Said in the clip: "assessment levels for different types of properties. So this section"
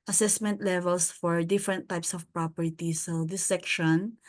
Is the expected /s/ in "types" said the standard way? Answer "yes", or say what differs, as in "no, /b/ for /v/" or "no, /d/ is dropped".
yes